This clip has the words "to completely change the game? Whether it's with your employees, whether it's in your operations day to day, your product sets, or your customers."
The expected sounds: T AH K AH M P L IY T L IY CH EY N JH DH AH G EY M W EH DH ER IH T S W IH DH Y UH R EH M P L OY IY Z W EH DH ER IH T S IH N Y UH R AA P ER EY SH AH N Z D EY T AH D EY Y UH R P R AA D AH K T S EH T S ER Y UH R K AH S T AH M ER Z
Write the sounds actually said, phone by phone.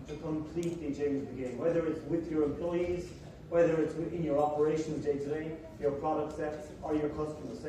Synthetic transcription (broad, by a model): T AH K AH M P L IY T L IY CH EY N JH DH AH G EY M W EH DH ER IH T S W IH DH Y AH R EH M P L OY IY Z W EH DH ER IH T S IH N Y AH R AA P ER EY SH AH N Z D EY T AH D EY Y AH R P R AA D AH K T S EH T S ER Y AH R K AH S T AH M ER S